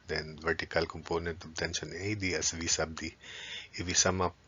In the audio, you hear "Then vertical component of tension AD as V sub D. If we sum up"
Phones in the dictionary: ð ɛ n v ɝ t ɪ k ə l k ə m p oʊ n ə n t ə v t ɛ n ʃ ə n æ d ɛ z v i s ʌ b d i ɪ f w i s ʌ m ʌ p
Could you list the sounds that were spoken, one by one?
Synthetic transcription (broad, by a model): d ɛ n v ɝ t ɪ k ə l k ə m p oʊ n ə n t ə b t ɛ n ʃ ə n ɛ d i s v i s ʌ b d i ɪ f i s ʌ m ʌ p